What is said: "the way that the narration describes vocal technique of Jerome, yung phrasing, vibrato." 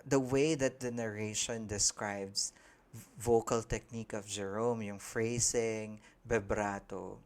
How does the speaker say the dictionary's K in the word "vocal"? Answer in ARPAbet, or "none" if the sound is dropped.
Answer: K